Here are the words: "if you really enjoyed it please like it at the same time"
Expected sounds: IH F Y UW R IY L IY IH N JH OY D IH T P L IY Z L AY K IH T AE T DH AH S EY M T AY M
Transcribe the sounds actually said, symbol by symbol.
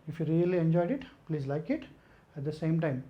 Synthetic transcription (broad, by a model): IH F Y UW R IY L IY IH N JH OY D IH T P L IY Z L AY K IH T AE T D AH S EY M T AY M